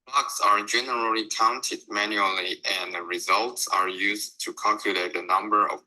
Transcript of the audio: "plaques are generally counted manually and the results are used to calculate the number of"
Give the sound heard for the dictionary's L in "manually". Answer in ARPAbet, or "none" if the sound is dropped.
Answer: L